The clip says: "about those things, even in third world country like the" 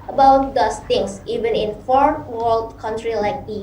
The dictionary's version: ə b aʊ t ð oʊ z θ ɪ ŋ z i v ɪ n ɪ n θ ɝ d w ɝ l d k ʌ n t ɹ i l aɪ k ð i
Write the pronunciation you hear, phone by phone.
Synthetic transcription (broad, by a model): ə b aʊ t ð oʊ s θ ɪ ŋ s i v ɪ n ɪ n f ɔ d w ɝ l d k ʌ n t ɹ i l aɪ k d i